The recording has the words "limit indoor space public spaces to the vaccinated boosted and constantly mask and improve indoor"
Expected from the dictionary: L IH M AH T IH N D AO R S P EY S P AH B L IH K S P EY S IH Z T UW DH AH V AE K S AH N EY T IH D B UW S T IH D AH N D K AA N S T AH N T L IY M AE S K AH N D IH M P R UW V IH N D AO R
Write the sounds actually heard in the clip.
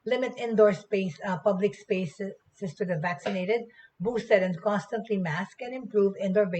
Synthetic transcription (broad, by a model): L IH M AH T IH N D AO R S P EY S P AH B L IH K S P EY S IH S T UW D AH V AE K S AH N EY T IH D B UW S T IH D AH N D K AA N S T AH N T L IY M AE S K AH N IH M P R UW V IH N D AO R